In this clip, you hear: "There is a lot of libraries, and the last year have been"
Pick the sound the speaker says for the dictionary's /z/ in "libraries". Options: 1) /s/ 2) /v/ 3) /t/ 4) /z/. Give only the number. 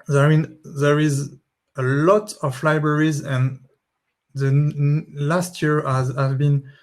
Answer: 4